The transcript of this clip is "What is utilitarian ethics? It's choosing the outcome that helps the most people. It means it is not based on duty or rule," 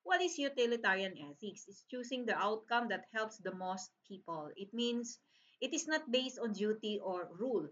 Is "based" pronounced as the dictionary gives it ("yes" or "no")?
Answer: yes